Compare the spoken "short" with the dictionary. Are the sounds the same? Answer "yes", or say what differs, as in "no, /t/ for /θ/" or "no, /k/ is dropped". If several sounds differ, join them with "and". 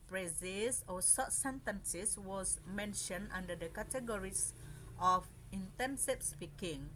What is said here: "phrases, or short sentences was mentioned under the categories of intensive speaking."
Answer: no, /s/ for /ʃ/